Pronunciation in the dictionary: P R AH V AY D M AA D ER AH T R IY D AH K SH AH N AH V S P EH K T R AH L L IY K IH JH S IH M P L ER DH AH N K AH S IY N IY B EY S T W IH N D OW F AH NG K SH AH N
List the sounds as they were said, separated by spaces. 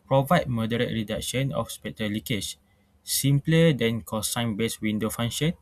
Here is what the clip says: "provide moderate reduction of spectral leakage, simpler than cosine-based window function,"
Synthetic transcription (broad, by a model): P R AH V AY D M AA D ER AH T R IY D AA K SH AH N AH F S P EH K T AH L L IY K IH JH S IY M P L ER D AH N K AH S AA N B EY S W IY N D OW F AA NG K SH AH N